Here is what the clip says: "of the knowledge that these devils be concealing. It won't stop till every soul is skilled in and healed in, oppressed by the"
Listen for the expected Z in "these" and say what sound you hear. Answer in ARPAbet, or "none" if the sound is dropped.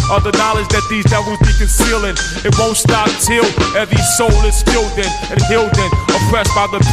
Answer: Z